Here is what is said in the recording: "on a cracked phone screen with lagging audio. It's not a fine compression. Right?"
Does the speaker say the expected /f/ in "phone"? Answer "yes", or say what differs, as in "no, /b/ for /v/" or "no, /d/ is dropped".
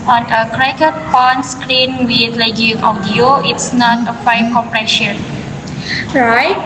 no, /p/ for /f/